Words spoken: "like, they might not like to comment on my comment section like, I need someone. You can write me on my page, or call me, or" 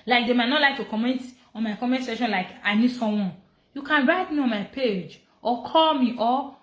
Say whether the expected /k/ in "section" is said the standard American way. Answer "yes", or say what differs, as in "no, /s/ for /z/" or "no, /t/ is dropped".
no, /k/ is dropped